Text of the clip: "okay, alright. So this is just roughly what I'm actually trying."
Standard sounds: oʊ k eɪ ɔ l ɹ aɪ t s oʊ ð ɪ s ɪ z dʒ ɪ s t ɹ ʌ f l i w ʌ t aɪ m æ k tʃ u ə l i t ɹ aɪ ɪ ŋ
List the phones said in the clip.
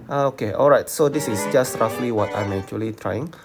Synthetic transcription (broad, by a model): oʊ k eɪ ɔ l ɹ aɪ t s oʊ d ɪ s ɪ s dʒ ɪ s t ɹ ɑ f l i w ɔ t aɪ m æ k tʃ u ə l i t ɹ aɪ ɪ ŋ